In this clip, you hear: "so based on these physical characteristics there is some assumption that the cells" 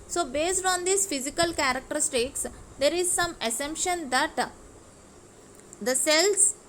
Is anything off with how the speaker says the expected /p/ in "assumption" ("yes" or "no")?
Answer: no